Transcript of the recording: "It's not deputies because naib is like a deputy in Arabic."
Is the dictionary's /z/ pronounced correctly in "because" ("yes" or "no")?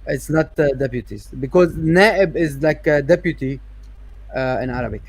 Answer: yes